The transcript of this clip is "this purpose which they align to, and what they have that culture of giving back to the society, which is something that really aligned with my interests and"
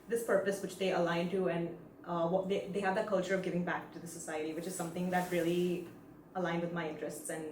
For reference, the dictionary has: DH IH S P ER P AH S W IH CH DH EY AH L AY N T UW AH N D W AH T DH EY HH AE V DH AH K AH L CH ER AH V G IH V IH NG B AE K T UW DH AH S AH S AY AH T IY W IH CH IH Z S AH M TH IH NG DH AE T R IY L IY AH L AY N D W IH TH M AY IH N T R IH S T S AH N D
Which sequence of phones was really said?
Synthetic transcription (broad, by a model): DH IH S P ER P AH S W IH CH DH EY AH L AY N T UW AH N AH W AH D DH EY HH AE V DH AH K AH L CH ER AH V G IH V IH NG B AE K T UW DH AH S AH S AY AH T IY W IH CH IH Z S AH M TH IH NG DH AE T R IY L IY AH L AY N D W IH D M AY IH N T R IH S T S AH N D